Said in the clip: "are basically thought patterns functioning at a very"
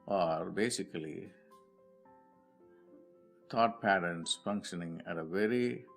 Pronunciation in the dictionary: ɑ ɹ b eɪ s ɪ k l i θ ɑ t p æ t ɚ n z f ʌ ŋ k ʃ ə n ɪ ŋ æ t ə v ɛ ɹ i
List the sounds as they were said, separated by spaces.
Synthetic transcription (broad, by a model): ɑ ɹ b eɪ s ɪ k l i t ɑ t p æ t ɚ n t f ʌ ŋ k ʃ ə n ɪ ŋ æ t ə v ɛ ɹ i